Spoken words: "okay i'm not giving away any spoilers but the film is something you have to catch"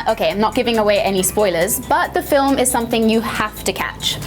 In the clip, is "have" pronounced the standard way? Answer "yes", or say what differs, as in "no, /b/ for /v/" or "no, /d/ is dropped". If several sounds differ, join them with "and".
no, /f/ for /v/